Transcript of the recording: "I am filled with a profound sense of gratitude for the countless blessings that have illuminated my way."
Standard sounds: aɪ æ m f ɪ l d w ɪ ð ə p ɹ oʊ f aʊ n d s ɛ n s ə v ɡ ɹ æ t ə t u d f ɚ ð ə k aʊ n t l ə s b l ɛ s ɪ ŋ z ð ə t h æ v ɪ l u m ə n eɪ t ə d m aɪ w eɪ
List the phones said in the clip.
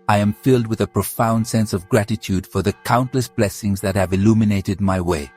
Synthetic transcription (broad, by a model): aɪ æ m f ɪ l d w ɪ ð ə p ɹ oʊ f aʊ n d s ɛ n s ə v ɡ ɹ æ t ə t u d f ɚ ð ə k aʊ n t l ə s b l ɛ s ɪ ŋ z ð ə t h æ v ɪ l u m ə n eɪ t ə d m aɪ w eɪ